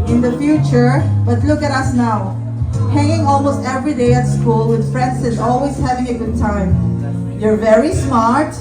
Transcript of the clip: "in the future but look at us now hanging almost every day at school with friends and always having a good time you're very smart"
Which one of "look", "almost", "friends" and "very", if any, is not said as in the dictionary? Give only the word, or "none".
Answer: friends